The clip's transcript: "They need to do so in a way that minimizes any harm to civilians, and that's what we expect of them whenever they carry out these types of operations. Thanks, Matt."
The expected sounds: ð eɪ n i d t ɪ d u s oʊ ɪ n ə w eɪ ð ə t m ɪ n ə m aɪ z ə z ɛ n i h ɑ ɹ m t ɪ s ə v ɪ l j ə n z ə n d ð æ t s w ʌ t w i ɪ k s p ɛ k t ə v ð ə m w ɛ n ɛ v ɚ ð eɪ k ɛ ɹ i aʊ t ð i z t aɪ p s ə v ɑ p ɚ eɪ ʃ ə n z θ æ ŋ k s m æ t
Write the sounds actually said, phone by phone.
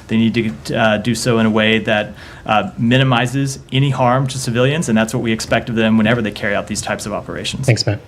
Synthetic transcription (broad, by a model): ð eɪ n i d t ɪ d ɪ s oʊ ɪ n ə w eɪ ð ə t m ɪ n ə m aɪ z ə z ɛ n i h ɑ ɹ m t ɪ s ə v ɪ l j ə n z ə n ð æ t s w ʌ t w i ɪ k s p ɛ k t ə v ð ə m w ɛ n ɛ v ɚ ð eɪ k ɛ ɹ i aʊ t ð i z t aɪ p s ə v ɑ p ɚ eɪ ʃ n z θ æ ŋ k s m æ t